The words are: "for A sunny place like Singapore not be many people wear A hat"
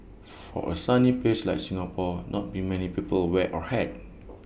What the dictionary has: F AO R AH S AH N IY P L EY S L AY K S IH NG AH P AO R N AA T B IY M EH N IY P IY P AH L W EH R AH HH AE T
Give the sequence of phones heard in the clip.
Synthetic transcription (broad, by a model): F AO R AH S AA N IY P EY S L AY K S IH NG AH P AO N AA T B IY M EH N IY P IY P AH L W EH AH HH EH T